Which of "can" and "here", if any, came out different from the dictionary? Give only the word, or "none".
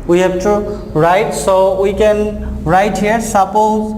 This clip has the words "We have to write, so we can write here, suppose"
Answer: none